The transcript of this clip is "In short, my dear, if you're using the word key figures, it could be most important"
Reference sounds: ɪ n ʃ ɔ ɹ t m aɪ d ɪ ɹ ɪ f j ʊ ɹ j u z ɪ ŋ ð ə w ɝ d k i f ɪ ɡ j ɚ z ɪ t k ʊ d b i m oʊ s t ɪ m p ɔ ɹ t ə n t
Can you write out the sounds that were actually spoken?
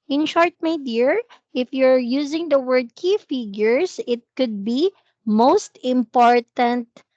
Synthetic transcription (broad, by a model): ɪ n ʃ ɔ ɹ t m aɪ d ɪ ɹ ɪ f j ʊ ɹ j u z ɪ ŋ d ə w ɝ d k i f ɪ ɡ j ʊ s ɪ t k ʊ d b i m oʊ s t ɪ m p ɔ ɹ t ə n t